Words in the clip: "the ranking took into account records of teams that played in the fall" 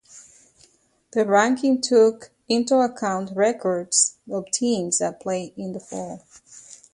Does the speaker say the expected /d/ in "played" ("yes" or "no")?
no